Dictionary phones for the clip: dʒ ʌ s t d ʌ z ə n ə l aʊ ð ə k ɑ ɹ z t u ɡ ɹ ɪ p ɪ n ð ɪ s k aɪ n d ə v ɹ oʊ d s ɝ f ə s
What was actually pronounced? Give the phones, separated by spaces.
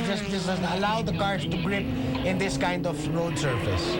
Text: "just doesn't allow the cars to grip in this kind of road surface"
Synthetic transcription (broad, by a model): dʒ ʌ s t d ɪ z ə ə l aʊ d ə k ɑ ɹ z t u ɡ ɹ ɪ p ɪ n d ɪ s k aɪ n d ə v ɹ oʊ d s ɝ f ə s